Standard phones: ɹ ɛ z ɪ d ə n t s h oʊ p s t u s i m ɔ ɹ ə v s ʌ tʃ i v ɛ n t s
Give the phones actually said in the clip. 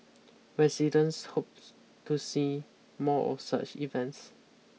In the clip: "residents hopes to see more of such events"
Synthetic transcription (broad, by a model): ɹ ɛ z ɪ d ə n s h oʊ p t u s i m ɔ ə s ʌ tʃ i v ɛ n t s